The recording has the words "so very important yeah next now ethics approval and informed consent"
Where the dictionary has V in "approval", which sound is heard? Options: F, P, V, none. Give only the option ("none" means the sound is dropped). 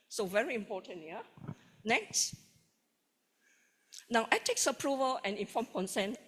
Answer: V